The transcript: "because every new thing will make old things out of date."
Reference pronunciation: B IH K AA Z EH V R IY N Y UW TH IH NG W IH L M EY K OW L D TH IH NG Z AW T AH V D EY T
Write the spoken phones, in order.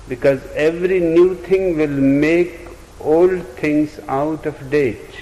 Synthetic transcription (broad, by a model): B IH K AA Z EH V R IY N Y UW T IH NG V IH L M EY K OW L D T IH NG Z AW T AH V D EY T